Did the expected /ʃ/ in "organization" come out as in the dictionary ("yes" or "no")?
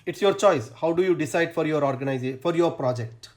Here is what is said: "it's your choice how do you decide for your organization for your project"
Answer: no